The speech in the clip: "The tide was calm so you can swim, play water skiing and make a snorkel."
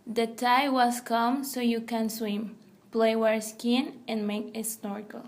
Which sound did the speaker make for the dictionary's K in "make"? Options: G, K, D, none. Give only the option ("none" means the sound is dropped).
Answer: K